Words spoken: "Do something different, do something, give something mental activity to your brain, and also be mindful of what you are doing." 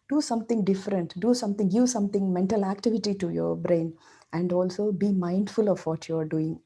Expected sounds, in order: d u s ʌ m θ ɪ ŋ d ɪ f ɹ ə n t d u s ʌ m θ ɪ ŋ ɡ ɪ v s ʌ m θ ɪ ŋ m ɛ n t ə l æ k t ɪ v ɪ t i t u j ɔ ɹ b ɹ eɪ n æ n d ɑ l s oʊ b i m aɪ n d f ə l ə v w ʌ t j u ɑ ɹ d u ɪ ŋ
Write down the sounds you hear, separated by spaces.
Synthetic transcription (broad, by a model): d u s ʌ m t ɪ ŋ d ɪ f ɹ ə n t d u s ʌ m t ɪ ŋ ɡ ɪ v s ʌ m t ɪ ŋ m ɛ n t ə l æ k t ɪ v ɪ t i t u j ɔ ɹ b ɹ eɪ n æ n d ɑ l s oʊ b i m aɪ n d f ə l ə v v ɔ t j u ɑ ɹ d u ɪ ŋ